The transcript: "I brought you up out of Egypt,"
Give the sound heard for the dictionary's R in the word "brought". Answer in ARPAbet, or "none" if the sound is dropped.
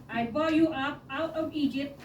none